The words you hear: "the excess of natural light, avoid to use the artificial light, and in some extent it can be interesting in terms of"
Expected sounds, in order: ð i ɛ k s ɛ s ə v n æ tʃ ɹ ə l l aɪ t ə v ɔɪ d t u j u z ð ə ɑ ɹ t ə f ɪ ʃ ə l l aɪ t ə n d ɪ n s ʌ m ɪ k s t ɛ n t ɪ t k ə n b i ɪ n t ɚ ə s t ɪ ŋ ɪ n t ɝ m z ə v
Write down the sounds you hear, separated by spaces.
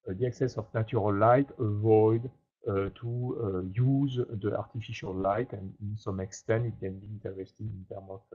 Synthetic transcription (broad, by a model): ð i ɛ k s ɛ s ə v n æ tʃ ɹ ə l l aɪ t ə v ɔɪ d t u j u z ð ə ɑ ɹ t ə f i ʃ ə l l aɪ t ə n d ɪ n s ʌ m ɪ k s t ɛ n t ɪ t k ə n b i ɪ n t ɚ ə s t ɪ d ɪ n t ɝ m ə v